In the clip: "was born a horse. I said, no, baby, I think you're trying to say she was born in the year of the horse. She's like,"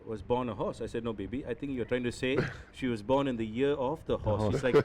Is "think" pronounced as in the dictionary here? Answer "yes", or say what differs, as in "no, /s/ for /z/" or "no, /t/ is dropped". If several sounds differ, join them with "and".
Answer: no, /t/ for /θ/